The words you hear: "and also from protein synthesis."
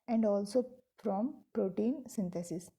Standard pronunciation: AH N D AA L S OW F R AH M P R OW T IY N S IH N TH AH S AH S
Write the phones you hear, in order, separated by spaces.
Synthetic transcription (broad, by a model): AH N D AA L S OW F R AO M P R OW T IY N S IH N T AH S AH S